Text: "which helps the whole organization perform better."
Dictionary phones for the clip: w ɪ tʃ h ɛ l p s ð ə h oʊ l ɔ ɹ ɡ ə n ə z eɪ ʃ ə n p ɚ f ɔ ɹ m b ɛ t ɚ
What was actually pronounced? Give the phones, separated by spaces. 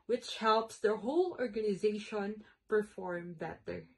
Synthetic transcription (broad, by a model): w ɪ tʃ h ɛ l p s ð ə h oʊ l ɔ ɹ ɡ ə n ə z eɪ ʃ ə n p ɚ f ɔ ɹ m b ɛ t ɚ